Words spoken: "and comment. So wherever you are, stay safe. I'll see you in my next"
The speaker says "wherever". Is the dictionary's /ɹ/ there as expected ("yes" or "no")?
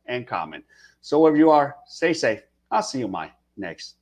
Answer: no